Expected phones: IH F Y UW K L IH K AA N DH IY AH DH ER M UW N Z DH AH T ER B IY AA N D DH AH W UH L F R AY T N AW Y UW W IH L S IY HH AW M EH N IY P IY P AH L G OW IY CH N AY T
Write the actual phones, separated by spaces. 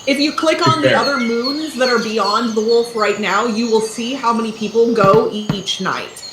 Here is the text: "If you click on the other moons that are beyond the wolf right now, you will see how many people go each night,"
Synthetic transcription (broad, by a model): IH F Y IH K L IH K N DH IY AH DH ER M UW N Z DH AH T ER B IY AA N DH AH W UH L F R AY T N AW Y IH W IH L S IY HH AW M EH N IY P IY P L G OW IY CH N AY T